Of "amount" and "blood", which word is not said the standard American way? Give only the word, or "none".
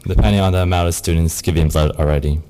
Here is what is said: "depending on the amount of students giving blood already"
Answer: amount